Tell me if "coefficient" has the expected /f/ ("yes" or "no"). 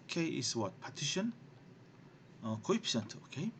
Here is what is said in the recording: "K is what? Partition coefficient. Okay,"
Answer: no